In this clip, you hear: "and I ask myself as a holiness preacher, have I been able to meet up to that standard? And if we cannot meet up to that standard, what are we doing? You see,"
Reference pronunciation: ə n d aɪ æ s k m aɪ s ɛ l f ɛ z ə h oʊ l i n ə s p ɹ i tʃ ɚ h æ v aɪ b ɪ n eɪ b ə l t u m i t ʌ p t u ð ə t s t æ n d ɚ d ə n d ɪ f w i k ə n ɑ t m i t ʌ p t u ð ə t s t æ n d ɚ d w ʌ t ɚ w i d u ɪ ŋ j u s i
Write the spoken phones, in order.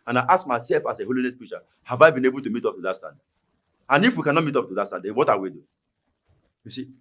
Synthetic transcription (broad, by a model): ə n aɪ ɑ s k m aɪ s ɛ l f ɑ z ə h oʊ l i n ə s p ɹ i tʃ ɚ h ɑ v aɪ b ɪ n eɪ b ə l t u m i t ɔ p t u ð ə t s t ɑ n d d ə n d ɪ f w i k ə n ɑ t m i t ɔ p t u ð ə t s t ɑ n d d w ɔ t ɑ w i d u j u s i